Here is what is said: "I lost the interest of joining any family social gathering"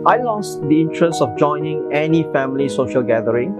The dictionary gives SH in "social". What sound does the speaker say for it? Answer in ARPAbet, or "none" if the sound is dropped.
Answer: SH